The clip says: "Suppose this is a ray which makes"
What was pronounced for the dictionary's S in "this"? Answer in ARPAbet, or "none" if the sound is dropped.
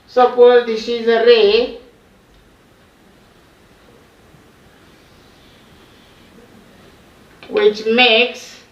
SH